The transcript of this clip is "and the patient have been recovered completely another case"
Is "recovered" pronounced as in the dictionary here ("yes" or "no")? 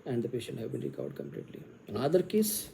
no